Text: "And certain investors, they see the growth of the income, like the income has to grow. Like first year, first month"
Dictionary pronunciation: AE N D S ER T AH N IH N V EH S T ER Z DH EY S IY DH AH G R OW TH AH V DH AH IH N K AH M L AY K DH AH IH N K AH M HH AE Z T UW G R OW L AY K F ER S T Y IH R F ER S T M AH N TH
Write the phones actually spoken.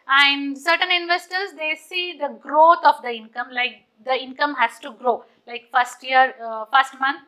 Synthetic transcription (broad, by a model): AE N D S ER T AH N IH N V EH S T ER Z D EY S IY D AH G R OW T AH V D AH IH N K AH M L AY K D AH IH N K AH M HH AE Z T UW G R OW L AY K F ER S T Y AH R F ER S T M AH N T